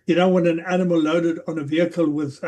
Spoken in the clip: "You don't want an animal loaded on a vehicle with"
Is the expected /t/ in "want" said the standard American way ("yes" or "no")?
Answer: no